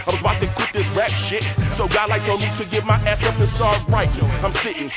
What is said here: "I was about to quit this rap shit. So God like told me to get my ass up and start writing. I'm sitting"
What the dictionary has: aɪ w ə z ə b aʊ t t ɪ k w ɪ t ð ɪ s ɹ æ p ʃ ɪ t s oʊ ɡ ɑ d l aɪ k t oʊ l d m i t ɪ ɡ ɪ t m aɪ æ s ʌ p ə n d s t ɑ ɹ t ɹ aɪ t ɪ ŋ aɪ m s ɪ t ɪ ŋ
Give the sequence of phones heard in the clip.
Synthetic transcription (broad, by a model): aɪ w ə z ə ɪ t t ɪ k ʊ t ð ɪ s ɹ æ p ʃ ɪ t s oʊ ɡ ɑ d l aɪ k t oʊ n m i t ɪ ɡ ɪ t m aɪ æ s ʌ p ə s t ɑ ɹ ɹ aɪ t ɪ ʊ aɪ m s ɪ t ɪ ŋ